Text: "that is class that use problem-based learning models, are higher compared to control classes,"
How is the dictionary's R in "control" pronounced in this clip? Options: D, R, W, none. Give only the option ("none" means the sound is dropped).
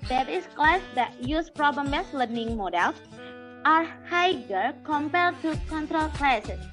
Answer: R